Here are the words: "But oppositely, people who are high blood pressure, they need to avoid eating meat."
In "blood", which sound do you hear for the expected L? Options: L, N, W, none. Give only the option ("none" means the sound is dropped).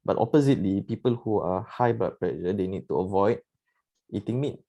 none